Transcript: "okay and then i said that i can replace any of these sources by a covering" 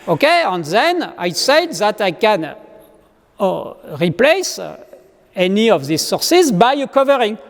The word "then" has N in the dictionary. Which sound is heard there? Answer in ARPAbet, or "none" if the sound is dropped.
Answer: N